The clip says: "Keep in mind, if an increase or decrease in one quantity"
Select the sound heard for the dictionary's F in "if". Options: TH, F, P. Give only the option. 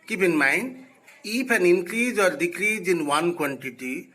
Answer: P